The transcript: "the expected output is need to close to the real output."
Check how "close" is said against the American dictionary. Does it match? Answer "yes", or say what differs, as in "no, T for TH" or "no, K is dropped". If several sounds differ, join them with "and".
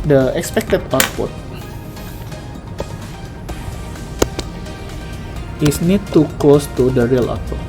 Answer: yes